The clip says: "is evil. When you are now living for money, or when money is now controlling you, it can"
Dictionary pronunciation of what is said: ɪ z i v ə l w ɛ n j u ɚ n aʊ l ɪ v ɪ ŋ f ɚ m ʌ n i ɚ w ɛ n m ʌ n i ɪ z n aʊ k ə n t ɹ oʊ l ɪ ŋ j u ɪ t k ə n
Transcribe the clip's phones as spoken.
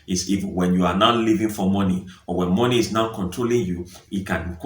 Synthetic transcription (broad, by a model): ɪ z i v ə n w ɛ n j u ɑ n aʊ l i v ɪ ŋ f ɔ m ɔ n i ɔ w ɛ n m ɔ n i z n aʊ k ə n t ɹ oʊ l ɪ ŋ j u ɪ t k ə n